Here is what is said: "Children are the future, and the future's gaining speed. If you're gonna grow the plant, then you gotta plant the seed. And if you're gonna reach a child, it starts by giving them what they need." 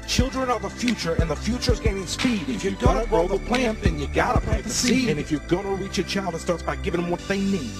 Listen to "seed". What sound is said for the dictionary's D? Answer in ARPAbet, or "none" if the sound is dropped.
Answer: none